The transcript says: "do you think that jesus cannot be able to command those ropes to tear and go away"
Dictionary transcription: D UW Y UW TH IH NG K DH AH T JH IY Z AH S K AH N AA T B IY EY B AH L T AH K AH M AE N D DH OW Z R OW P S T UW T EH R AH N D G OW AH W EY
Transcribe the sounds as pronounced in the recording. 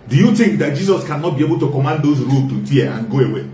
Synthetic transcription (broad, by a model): D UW Y UW T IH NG K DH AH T JH IY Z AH S K AH N AA T B IY EY B AH L T AH K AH M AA N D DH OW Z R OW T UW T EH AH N G OW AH W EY